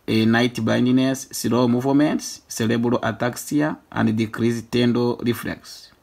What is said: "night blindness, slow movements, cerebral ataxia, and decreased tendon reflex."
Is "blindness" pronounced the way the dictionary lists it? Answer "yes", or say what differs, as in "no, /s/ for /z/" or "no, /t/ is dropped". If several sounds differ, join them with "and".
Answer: no, /l/ is dropped